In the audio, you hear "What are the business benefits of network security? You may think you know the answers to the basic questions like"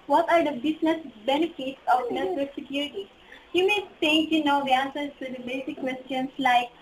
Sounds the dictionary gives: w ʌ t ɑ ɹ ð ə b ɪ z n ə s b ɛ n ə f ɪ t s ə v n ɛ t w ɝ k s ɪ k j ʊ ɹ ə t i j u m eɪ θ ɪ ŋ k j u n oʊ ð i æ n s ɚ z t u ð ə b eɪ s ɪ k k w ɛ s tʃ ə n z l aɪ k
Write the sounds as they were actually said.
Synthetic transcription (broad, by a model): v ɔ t ɑ ɹ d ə b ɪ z n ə s b ɛ n ə f ɪ t s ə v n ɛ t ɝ s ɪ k j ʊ ɹ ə t i j u m eɪ t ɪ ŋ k j u n oʊ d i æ n s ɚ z t u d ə b eɪ s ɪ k k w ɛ s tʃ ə n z l aɪ k